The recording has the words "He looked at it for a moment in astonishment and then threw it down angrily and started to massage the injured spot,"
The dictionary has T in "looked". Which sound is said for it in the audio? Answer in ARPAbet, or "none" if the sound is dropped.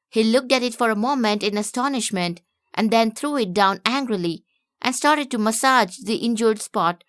T